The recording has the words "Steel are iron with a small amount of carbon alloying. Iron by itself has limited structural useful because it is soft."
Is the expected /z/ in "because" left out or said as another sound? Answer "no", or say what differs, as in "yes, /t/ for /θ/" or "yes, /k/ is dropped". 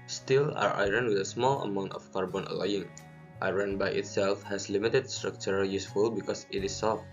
yes, /s/ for /z/